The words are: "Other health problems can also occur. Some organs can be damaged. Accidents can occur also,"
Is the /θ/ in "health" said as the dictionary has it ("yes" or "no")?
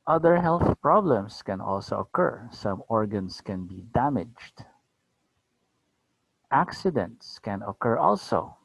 yes